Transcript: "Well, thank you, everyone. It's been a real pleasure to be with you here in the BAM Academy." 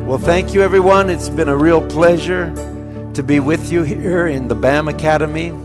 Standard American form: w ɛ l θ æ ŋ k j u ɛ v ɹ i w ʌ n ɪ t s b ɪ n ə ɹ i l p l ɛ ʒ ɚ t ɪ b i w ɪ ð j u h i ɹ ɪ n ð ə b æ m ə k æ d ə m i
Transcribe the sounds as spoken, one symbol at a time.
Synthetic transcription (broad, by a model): w ɛ l θ æ ŋ k j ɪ ɛ v ɹ i w ʌ n ɪ t s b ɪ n ə ɹ i l p l ɛ ʒ ɚ t ɪ b i w ɪ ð j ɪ h i ɹ ɪ n ð ə b æ m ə k æ d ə m i